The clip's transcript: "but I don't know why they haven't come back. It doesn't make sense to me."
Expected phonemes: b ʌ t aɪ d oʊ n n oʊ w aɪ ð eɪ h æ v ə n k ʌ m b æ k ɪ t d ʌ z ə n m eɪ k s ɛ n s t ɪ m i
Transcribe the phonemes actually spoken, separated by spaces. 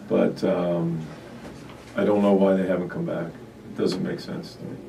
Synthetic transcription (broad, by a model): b ʌ t aɪ d oʊ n n oʊ w aɪ ð eɪ h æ v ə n k ʌ m b æ k ɪ t d ʌ z ə n m eɪ k s ɛ n s t ɪ m i